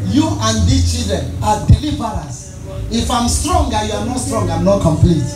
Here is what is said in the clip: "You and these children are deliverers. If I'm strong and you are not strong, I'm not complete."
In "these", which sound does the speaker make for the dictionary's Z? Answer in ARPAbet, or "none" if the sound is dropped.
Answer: none